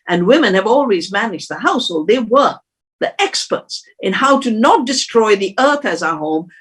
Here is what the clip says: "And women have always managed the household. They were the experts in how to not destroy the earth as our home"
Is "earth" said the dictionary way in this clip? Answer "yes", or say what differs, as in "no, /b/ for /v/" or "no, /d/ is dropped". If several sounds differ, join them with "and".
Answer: yes